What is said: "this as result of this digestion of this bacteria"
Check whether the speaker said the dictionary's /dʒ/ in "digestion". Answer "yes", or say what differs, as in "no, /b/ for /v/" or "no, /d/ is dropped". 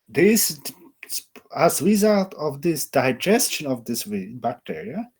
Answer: yes